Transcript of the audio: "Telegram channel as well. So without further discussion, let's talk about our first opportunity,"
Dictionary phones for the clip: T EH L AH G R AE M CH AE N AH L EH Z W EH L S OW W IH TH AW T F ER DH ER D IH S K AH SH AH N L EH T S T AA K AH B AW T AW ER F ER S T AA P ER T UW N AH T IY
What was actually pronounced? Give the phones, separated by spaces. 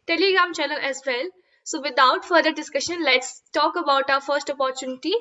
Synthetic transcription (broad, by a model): T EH L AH G R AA M CH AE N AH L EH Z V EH L S OW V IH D AW T F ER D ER D IH S K AH SH AH N L EH T S T AA K AH B AW T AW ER F ER S T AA P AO T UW N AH T IY